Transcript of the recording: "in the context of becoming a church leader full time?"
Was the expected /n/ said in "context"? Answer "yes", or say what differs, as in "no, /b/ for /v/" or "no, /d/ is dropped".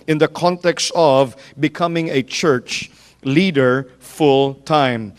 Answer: yes